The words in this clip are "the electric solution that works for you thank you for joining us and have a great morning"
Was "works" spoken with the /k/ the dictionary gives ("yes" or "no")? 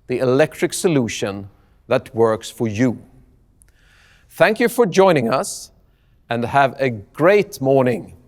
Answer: yes